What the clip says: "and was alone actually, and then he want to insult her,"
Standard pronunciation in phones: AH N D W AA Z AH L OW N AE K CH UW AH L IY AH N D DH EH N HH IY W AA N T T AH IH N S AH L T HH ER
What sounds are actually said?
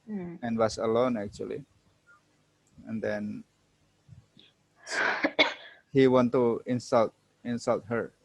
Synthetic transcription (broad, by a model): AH N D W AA S AH L OW N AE K CH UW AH L IY AH N D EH N HH IY W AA N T S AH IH N S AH L T HH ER